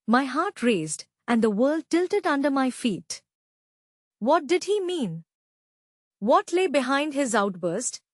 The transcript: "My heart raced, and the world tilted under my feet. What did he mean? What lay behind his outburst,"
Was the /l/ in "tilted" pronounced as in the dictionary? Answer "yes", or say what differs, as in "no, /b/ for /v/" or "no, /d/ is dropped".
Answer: yes